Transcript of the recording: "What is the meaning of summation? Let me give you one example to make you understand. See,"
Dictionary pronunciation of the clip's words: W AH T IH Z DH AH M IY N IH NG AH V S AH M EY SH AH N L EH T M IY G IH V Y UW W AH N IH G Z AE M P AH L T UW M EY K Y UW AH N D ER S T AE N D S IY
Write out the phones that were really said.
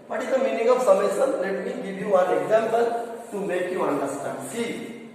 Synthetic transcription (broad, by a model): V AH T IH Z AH M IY N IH NG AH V S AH M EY S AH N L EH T M IY G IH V Y UW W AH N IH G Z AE M P AH L T UW M EY K Y UW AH N D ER S T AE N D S IY